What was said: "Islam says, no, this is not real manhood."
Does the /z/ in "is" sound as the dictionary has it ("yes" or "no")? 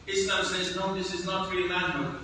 yes